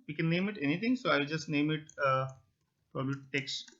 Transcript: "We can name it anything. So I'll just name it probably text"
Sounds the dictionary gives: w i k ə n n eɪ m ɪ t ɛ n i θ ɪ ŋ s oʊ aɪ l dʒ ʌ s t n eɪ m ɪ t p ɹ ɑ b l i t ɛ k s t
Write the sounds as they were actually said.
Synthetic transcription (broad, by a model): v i k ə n n eɪ m ɪ t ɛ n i t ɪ ŋ s oʊ aɪ l dʒ ʌ s t n eɪ m ɪ t p ɹ ɑ b l i t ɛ k s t